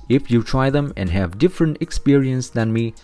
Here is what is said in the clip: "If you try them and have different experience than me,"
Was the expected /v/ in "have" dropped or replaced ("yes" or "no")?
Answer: no